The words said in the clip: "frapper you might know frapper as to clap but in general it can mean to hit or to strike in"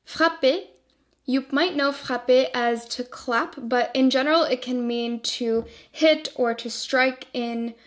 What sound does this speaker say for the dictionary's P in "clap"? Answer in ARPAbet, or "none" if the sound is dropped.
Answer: P